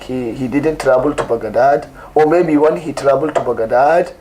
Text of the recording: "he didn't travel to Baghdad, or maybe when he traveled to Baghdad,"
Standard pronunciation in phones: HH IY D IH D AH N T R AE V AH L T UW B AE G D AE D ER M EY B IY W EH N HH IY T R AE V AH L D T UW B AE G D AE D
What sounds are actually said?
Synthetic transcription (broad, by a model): HH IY D IH D AH N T R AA B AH L T UW B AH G D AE D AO M EY B IY W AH N HH IY T R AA B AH L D T UW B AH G D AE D